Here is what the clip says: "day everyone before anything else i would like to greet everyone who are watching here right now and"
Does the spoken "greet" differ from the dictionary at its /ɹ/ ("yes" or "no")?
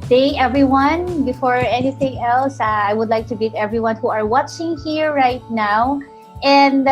yes